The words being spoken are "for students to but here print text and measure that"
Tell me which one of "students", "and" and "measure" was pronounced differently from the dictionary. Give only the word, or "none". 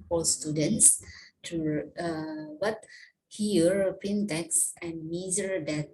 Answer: measure